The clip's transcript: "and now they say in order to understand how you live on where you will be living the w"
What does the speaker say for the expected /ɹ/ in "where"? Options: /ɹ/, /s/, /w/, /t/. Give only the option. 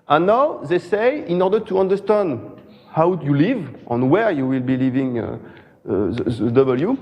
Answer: /ɹ/